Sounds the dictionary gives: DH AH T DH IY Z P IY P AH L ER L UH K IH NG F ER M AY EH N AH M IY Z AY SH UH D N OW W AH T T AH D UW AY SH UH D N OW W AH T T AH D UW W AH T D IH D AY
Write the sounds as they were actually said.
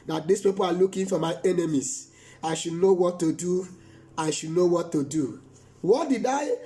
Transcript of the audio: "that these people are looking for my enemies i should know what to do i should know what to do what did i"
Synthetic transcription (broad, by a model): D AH T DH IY S P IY P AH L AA L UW K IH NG F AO M AY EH N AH M IY S AY SH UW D N OW W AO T T AH D UW AY SH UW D N OW W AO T T AH D UW W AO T D IH D AY